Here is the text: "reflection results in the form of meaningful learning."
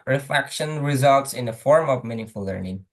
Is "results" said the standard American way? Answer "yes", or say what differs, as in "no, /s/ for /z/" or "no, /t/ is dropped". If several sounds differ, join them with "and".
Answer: yes